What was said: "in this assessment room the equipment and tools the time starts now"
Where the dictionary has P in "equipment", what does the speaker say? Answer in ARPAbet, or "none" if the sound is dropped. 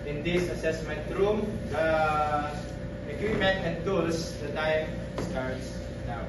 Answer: none